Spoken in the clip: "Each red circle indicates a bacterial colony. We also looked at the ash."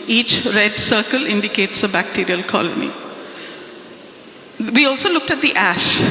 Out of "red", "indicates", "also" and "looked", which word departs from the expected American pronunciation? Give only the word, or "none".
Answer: none